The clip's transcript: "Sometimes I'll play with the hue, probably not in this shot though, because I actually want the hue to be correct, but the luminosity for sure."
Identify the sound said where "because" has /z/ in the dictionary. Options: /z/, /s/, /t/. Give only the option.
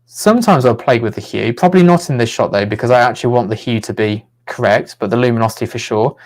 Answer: /z/